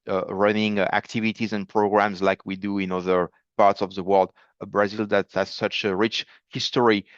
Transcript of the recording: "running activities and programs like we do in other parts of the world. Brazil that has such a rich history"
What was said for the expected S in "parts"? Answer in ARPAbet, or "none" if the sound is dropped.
S